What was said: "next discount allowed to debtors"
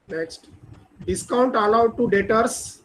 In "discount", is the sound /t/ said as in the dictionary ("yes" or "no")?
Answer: yes